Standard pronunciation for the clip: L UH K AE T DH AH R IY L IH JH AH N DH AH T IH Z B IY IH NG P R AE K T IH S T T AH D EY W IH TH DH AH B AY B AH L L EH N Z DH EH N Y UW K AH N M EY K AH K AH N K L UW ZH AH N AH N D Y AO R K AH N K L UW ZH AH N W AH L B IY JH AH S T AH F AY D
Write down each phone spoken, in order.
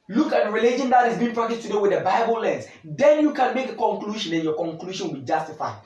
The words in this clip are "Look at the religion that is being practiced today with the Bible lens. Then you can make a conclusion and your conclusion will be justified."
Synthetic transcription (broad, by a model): L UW K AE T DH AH R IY L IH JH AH N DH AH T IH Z B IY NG P R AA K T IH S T T AH D EY W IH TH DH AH B AY B AH L L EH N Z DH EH N Y UW K AH N M EY K AH K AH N K L UW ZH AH N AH N Y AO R K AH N K L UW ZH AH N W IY JH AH S T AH F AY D